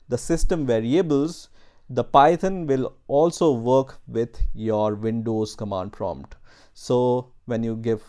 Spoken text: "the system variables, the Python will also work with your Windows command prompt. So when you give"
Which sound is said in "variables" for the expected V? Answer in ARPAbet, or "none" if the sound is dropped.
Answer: V